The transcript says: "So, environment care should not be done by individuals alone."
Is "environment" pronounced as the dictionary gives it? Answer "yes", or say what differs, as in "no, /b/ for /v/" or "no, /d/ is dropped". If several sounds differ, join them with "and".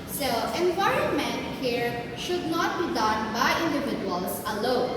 no, /ɹ/ is dropped